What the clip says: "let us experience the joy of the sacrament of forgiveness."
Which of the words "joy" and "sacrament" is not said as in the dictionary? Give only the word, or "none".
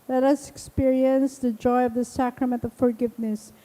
none